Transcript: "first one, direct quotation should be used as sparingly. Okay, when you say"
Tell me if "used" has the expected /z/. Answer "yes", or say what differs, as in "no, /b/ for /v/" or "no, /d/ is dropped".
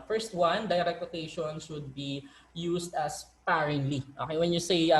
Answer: no, /s/ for /z/